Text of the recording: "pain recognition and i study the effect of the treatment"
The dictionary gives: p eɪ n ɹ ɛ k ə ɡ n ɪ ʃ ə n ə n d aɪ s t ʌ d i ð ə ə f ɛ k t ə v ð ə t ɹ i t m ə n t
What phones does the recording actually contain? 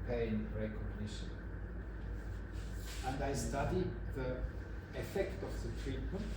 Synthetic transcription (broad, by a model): p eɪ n ɹ ɛ k ə ɡ n ɪ ʃ ə n ə n d aɪ s t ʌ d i ð ə ə f ɛ k t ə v ð ə t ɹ i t m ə n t